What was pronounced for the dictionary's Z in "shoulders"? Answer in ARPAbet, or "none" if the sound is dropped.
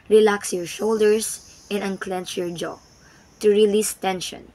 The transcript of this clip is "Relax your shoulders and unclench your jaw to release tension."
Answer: S